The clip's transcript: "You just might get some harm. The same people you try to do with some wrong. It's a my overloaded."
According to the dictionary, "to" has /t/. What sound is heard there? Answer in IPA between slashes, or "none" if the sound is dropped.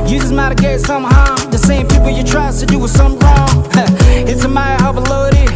/s/